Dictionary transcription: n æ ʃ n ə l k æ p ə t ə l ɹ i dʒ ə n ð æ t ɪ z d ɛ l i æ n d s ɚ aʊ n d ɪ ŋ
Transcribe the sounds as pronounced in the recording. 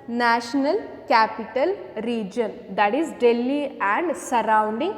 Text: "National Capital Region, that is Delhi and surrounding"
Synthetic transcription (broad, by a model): n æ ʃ n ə l k æ p ə t ə l ɹ i dʒ ə n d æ t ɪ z d ɛ l i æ n d s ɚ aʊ n d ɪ ŋ